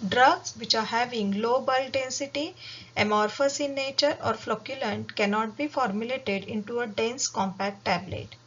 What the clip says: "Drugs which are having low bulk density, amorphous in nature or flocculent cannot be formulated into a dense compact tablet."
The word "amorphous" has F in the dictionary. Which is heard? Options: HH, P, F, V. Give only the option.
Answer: F